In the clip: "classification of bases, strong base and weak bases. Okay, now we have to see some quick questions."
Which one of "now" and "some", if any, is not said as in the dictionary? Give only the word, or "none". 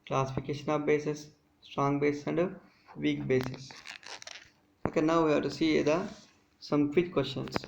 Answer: none